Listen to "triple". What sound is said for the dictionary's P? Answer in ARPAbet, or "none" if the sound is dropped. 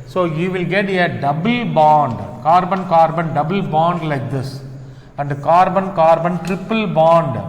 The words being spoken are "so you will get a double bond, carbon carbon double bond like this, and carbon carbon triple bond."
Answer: P